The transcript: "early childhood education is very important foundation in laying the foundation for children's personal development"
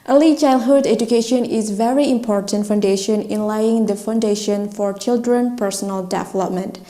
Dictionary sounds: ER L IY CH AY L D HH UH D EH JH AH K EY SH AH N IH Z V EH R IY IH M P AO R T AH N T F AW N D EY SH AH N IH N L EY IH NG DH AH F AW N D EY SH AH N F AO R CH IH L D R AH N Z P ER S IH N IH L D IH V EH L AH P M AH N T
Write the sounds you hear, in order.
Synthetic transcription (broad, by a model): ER L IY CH AY L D HH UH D EH JH AH K EY SH AH N IH Z V EH R IY IH M P AO R T AH N T F AW N D EY SH AH N IH N L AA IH NG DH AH F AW N D EY SH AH N F AO R CH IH L D R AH N P ER S IH N IH L D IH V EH L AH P M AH N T